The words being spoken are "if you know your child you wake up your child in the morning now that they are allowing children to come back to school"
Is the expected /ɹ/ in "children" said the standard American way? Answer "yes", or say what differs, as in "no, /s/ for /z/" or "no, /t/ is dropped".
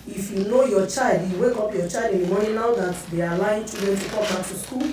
no, /ɹ/ is dropped